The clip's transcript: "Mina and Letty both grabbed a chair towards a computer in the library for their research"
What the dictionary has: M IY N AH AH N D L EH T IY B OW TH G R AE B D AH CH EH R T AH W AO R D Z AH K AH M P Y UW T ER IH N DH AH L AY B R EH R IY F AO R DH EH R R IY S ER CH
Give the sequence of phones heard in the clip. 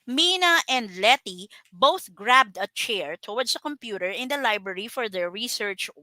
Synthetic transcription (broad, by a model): M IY N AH AH N D L EH T IY B OW TH G R AE B D AH CH EH R T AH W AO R D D AH K AH M P Y UW T ER IH N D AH L AY B R EH R IY F AO R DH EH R R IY S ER CH